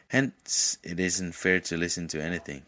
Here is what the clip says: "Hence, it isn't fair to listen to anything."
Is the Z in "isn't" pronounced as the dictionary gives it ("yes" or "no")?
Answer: yes